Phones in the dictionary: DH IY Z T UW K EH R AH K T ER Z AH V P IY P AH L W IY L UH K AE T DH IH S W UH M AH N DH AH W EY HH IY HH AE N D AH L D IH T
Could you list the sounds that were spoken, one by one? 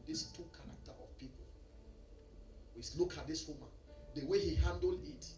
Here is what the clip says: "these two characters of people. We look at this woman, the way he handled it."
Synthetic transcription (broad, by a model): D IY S T UW K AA R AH K T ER AH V P IY P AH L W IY L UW K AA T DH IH S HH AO M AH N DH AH W EY HH IY HH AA N D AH L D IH T